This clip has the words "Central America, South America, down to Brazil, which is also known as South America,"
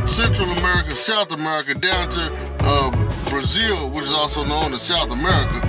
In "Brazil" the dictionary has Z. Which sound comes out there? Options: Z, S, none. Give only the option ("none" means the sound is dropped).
Z